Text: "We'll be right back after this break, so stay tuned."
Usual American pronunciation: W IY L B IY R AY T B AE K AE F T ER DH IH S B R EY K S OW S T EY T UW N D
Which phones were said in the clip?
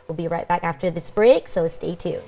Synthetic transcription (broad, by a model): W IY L B IY R AY T B AE K AE F T ER DH IH S B R EY K S OW S T EY T UW